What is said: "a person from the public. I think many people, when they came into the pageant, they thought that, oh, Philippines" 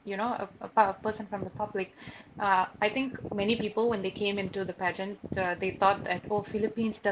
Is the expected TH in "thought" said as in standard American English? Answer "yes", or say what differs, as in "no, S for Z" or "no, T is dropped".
no, T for TH